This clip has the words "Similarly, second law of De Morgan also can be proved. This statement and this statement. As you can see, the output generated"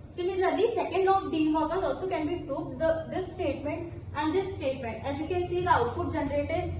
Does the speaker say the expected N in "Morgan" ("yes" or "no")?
no